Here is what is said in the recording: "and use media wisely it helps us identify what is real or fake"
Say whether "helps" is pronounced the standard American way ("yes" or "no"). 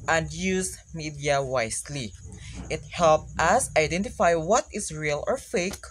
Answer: no